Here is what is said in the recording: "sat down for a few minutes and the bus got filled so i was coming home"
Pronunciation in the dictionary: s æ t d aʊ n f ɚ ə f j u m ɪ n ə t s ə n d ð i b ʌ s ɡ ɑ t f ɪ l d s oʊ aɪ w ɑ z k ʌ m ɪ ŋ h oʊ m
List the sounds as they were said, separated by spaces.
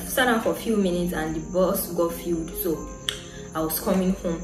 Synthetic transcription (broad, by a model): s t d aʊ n f ə f j u m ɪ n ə t s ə n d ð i b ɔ s ɡ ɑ f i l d s oʊ aɪ w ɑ s k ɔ m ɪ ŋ h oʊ m